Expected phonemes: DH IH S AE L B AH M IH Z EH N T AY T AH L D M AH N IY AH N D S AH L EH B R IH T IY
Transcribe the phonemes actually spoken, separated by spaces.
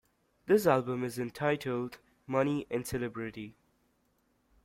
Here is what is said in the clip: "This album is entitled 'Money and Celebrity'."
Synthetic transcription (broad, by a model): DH IH S AE L B AH M IH Z EH N T AY T AH L D M AH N IY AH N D S AH L EH B R IH T IY